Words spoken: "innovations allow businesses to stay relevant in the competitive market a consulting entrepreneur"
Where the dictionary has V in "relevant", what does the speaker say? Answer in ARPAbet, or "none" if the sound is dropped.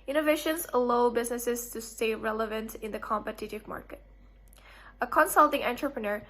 V